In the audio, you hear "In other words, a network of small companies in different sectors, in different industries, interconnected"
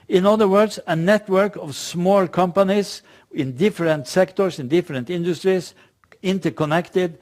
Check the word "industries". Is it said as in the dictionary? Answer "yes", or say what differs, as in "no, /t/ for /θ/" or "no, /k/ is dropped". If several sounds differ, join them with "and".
no, /s/ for /z/